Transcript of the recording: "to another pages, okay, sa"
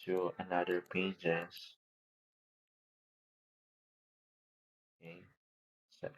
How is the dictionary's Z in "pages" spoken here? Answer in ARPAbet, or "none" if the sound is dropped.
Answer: S